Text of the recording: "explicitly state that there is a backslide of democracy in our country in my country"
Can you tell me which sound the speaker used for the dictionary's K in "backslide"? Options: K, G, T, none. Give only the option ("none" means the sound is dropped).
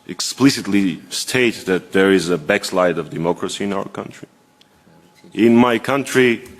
K